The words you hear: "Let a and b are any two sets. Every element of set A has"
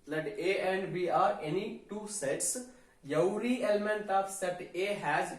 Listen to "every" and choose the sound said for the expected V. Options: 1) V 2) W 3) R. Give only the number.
2